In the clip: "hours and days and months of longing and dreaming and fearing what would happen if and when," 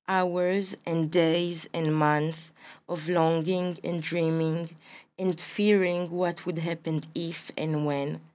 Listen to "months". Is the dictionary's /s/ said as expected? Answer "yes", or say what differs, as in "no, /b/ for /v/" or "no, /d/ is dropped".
no, /s/ is dropped